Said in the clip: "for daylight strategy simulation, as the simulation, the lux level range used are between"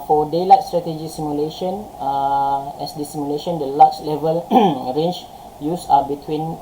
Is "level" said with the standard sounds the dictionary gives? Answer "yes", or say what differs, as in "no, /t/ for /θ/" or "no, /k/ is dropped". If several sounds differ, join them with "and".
yes